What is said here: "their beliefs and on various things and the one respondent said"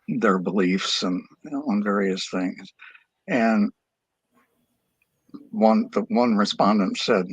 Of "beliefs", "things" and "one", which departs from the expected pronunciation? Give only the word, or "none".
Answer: none